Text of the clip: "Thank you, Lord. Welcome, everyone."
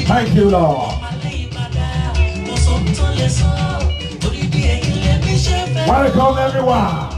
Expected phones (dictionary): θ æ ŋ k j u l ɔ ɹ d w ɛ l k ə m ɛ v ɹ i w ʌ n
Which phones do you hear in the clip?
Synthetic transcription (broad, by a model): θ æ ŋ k j u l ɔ w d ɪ k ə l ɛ v ɹ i w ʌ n